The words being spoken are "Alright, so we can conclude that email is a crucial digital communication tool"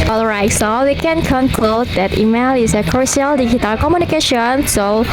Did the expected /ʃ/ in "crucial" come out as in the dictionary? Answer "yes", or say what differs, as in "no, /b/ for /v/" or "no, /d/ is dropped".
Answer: no, /ʃ/ is dropped